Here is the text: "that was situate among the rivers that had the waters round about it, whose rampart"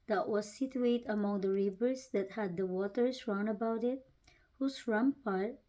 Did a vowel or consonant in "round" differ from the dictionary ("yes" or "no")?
yes